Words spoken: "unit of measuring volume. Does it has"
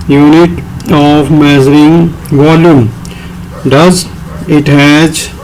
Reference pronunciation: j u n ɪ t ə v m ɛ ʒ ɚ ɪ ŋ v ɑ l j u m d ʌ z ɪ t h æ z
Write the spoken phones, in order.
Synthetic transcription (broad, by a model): j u n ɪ t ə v m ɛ z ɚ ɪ ŋ v ɑ l j u m d ʌ z ɪ t h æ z